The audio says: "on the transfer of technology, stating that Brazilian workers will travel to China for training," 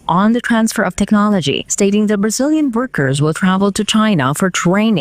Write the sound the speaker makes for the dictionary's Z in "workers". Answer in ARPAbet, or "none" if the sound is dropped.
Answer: Z